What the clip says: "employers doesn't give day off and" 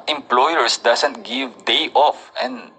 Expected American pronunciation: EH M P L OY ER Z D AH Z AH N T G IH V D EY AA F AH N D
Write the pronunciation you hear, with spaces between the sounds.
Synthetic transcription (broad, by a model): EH M P L OY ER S D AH S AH N T G IH V D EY AA F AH N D